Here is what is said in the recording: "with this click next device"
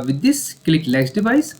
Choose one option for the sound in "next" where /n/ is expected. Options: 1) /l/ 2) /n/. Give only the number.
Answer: 1